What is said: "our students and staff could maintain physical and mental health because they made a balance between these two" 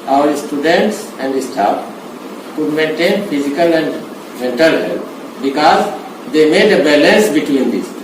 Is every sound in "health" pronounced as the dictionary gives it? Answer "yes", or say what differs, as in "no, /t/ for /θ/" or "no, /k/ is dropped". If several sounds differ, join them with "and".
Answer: no, /t/ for /θ/